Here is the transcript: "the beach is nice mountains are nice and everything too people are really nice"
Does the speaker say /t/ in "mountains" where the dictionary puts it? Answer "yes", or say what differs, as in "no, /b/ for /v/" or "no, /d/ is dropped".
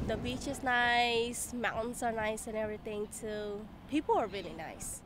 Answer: no, /s/ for /t/